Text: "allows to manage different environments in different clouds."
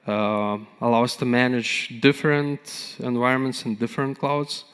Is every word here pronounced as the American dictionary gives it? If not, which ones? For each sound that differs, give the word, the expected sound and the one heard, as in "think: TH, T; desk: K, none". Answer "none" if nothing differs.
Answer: none